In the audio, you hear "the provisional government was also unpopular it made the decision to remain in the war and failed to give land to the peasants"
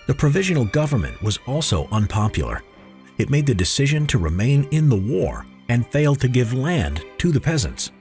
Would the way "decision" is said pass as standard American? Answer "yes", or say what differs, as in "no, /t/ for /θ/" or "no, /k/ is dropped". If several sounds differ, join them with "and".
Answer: yes